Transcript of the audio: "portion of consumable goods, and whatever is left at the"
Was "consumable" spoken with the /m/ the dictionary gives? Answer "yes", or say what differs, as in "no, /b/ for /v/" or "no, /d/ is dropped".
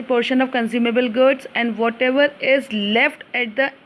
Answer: yes